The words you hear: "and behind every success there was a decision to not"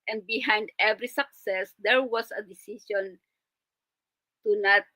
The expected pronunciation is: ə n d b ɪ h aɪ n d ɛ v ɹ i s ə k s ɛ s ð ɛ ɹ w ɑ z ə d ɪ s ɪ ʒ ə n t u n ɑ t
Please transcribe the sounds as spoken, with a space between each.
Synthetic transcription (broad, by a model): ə n d b ɪ h aɪ n d ɛ v ɹ i s ə k s ɛ s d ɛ ɹ w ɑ s ə d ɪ s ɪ ʃ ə n t u n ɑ t